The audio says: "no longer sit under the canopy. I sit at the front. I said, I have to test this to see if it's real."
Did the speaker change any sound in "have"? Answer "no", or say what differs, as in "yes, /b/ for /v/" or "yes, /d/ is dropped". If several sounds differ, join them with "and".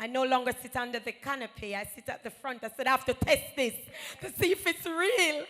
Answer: yes, /f/ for /v/